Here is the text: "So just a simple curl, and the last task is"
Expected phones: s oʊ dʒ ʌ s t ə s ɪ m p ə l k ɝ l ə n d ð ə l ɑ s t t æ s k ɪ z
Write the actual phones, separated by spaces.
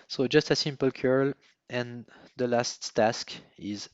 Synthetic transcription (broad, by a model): s oʊ dʒ ʌ s t ə s ɪ m p ə l k ɝ l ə n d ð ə l ɑ s t t æ s k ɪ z